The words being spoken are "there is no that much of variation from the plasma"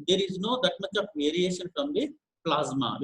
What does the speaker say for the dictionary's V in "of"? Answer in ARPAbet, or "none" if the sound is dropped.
P